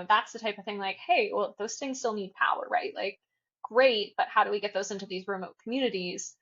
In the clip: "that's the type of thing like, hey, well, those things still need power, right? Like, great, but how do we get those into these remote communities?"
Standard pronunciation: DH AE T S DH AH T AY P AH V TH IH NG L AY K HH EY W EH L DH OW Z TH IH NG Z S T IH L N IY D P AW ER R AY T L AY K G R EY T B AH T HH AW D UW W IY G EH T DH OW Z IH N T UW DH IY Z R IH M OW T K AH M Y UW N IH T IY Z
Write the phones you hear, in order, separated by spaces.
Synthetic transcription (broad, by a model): DH AE T S DH AH T AY P AH V TH IH NG L AY K HH EY W EH L DH OW Z TH IH NG Z S T IH L N IY D P AW ER R AY T L AY K G R EY T B AH T HH AW D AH W IY G EH T DH OW Z IH N T UW DH IY Z R IH M OW T K M Y UW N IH T IY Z